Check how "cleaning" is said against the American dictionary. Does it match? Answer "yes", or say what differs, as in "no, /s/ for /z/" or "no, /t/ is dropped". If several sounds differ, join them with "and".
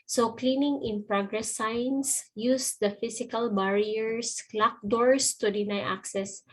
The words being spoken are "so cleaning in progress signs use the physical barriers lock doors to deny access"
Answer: yes